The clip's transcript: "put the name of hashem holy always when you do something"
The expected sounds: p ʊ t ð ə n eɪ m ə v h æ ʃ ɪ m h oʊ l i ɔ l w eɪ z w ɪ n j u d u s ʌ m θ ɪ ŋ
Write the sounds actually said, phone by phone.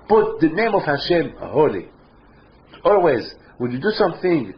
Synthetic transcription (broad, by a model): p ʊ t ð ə n eɪ m ə v h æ ʃ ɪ m h oʊ l i ɔ l w eɪ z w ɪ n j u d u s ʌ m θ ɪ ŋ